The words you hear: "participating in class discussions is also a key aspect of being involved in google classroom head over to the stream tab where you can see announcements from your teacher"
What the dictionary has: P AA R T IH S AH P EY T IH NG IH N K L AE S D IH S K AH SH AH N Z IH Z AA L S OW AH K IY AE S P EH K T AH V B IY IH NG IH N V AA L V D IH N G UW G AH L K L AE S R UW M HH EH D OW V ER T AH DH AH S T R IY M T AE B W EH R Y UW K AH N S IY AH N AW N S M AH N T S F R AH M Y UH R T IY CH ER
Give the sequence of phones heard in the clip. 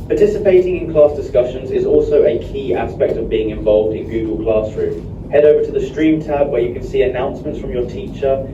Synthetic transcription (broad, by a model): P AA T IH S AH P EY T IH NG IH N K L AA S D IH S K AH SH AH N Z IH Z AA L S OW AH K IY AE S P EH K T AH V B IY IH NG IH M V AA L V D IH N G UW G AH L K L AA S R UW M HH EH D OW V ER T AH DH AH S T R IY M T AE B W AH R Y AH K AH N S IY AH N AW N S M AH N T S F R AH M Y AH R T IY CH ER